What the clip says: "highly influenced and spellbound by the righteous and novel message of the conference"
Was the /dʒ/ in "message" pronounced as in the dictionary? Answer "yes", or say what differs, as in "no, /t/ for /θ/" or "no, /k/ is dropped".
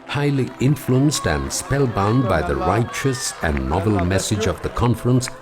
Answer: yes